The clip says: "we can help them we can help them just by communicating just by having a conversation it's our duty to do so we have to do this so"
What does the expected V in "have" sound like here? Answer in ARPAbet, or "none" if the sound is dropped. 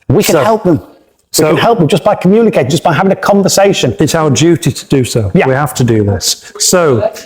F